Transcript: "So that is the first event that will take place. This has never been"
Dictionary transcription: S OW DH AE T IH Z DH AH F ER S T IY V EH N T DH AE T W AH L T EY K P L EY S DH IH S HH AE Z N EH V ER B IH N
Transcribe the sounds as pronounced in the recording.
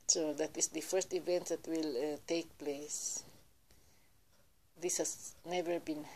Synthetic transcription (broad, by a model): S OW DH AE T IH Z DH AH F ER S T IY V EH N T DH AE T W AH L T EY K P L EY S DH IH S HH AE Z N EH V ER B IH N